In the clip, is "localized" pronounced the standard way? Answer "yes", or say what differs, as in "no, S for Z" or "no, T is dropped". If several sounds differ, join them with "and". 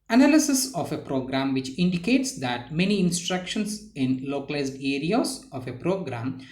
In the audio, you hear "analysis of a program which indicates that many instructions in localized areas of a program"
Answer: yes